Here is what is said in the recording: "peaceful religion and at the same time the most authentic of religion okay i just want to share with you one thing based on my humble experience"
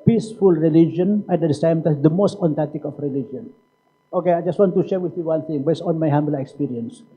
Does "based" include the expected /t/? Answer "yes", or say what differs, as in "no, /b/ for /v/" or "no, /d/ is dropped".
no, /t/ is dropped